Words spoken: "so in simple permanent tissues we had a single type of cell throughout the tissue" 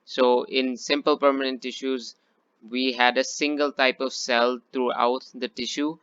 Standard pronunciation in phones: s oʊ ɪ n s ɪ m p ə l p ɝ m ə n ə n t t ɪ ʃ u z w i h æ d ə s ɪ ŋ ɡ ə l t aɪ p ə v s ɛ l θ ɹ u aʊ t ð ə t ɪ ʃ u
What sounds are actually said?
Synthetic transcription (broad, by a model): s oʊ ɪ n s ɪ m p ə l p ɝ m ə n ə n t t ɪ ʃ u z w i h æ d ə s ɪ ŋ ɡ ə l t aɪ p ə v s ɛ l t ɹ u aʊ t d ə t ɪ ʃ u